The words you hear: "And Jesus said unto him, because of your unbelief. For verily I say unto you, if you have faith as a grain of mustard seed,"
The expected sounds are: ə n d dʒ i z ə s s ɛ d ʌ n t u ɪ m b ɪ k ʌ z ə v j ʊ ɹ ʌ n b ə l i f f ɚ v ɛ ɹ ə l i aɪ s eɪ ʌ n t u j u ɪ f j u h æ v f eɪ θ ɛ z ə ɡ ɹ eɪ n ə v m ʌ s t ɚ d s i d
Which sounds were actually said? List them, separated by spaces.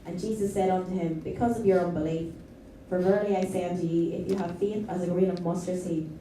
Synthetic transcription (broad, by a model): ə n dʒ i z ə s s ɛ d ʌ n t u ɪ m b ɪ k ʌ z ə v j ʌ ɹ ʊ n b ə l i f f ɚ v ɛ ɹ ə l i aɪ s eɪ ʌ n t u j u ɪ f j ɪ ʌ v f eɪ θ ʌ z ə ɡ ɹ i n ə v m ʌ s t ɚ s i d